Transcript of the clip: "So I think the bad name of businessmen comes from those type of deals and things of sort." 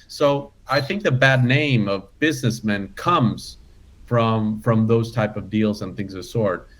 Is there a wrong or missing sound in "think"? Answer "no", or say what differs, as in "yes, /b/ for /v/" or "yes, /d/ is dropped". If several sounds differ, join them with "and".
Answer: no